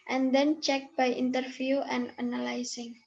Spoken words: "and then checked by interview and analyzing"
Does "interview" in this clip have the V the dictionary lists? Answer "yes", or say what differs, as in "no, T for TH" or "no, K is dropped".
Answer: no, F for V